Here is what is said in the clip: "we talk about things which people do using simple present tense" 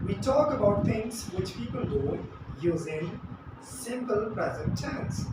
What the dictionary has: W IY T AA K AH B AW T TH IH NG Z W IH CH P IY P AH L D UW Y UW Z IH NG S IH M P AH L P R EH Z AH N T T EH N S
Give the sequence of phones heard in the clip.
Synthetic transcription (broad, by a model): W IY T AA K AH B AW T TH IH NG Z W IH CH P IY P AH L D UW Y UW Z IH S IH M P AH L P R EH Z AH N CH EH N S